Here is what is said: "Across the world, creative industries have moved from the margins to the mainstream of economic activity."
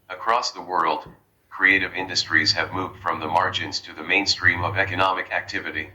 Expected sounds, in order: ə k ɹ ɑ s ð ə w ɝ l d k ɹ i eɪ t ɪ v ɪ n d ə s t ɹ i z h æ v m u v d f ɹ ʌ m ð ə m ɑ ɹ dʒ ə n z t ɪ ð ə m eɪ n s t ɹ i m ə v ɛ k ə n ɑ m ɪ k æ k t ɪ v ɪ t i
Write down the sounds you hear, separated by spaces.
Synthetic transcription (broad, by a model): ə k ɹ ɑ s ð ə w ɝ l d k ɹ i eɪ t ɪ v ɪ n d ə s t ɹ i z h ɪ v m u v d f ɹ ʌ m ð ə m ɑ ɹ dʒ ə n z t ɪ ð ə m eɪ n s t ɹ i m ə v ɛ k ə n ɑ m ɪ k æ k t ɪ v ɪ t i